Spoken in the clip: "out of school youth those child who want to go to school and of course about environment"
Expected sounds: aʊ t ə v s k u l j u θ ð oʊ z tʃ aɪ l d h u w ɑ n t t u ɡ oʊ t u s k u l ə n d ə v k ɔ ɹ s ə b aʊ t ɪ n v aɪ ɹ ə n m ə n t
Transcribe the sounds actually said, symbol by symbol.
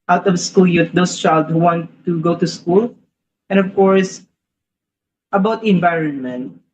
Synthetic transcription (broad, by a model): aʊ t ə v s k u l j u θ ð oʊ s tʃ aɪ l d h u w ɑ n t t u ɡ oʊ t u s k u l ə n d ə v k ɔ ɹ s ə b aʊ t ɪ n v aɪ ɹ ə n m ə n t